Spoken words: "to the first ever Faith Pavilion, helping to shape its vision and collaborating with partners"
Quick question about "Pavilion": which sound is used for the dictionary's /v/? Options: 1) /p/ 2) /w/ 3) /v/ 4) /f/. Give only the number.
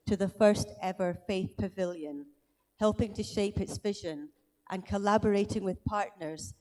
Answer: 3